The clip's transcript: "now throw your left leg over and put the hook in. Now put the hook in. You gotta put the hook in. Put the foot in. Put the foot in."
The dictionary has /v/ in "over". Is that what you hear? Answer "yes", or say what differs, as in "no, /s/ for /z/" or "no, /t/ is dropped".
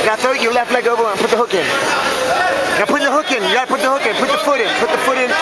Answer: no, /b/ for /v/